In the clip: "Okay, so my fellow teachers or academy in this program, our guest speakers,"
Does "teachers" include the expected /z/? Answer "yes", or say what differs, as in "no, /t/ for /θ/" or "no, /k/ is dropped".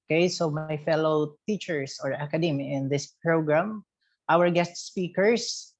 no, /s/ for /z/